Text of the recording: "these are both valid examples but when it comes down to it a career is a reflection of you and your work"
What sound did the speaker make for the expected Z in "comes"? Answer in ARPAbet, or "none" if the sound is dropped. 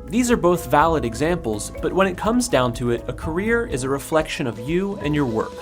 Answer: Z